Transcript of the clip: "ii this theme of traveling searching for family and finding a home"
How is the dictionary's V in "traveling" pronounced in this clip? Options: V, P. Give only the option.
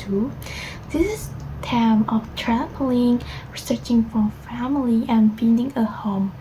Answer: P